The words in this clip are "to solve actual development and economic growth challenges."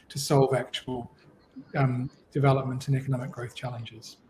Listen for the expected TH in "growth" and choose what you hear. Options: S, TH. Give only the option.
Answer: TH